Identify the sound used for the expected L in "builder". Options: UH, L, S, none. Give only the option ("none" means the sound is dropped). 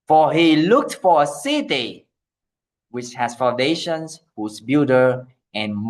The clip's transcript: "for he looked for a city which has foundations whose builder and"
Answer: none